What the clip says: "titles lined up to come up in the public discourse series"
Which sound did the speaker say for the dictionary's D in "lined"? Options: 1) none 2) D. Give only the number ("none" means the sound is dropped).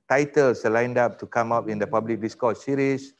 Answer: 2